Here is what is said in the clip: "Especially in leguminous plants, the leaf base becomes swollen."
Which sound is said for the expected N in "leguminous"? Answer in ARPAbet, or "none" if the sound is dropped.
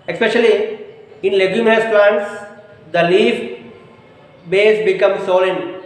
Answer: none